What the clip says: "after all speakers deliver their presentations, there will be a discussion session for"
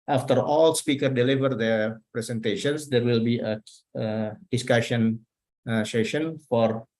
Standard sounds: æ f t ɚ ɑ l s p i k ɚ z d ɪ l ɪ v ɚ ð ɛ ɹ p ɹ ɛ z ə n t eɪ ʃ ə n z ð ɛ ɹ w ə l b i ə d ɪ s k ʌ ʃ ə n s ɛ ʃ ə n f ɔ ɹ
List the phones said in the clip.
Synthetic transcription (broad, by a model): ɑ f t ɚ ɑ l s p i k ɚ d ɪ l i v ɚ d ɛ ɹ p ɹ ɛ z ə n t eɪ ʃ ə n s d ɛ ɹ w ə l b i ə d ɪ s k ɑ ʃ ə n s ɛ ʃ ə n f ɔ ɹ